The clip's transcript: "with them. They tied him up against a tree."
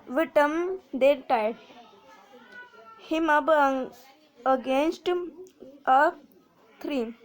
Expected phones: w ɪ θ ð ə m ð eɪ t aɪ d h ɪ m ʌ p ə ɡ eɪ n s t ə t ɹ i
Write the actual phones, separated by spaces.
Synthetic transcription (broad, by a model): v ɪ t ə m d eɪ t aɪ d h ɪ m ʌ b ə ɡ eɪ n s t ə t ɹ i